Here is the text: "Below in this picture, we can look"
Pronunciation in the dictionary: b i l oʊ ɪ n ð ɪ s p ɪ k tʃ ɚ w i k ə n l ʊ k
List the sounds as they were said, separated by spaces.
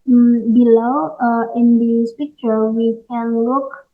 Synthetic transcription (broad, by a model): b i l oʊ ɪ n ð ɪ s p ɪ k tʃ ɚ w i k ə n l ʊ k